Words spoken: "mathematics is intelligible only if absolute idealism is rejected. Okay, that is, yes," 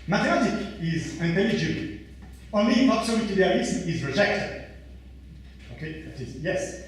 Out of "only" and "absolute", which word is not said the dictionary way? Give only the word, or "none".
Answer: absolute